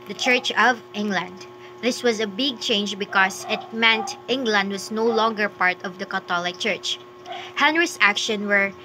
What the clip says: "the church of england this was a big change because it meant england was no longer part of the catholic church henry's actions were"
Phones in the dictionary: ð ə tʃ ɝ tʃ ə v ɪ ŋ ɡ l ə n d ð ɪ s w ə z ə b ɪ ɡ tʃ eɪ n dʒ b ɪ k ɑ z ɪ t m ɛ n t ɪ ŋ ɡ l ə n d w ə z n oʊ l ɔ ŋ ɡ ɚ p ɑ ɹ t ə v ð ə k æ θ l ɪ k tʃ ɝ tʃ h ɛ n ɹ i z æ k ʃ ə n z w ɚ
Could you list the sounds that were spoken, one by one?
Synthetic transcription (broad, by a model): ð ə tʃ ɝ tʃ ə v ɪ ŋ ɡ l ə n d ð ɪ s w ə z ə b ɪ ɡ tʃ eɪ n dʒ b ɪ k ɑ s ɪ t m ɛ n t ɪ ŋ ɡ l ə n d w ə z n oʊ l ɔ ŋ ɡ ɚ p ɑ ɹ t ə v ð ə k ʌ t l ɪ k tʃ ɝ tʃ h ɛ n ɹ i s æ k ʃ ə n w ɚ